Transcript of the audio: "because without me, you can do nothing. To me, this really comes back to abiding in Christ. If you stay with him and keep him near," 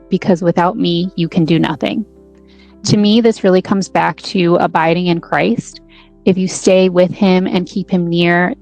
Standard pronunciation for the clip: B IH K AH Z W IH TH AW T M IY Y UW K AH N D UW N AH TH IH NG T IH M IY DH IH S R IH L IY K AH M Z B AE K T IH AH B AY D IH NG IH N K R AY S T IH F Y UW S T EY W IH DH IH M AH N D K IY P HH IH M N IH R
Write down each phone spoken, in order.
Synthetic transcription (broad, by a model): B IH K AH Z W IH TH AW T M IY Y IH K AH N D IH N AH TH IH NG T IH M IY DH IH S R IH L IY K AH M Z B AE K T IH AH B AY D IH NG IH N K R AY S T IH F Y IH S T EY W IH DH IH M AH N K IY P HH IH M N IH R